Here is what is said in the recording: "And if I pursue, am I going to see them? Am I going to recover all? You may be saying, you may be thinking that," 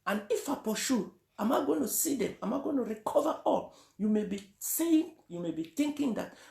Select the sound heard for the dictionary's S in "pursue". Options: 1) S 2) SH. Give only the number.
2